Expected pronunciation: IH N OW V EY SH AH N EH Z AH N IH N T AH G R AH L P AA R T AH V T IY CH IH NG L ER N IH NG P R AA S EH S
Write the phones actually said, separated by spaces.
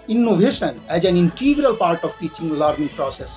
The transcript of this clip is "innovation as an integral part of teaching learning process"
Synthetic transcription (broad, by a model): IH N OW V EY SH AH N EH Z AH N IH N T AH G R AH L P AA R T AH V T IY CH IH NG L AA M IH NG P R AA S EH S